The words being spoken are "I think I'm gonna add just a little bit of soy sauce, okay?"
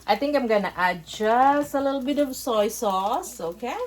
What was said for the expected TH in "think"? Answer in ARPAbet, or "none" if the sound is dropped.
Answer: T